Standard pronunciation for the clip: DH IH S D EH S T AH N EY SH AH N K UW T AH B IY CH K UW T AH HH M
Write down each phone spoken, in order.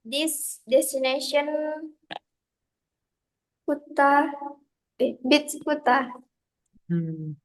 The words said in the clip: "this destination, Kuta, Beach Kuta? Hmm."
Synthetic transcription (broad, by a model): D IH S D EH S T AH N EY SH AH N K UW T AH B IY S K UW T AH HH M